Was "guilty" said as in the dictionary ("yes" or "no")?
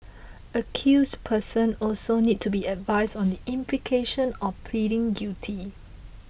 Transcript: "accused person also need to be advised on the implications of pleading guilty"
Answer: no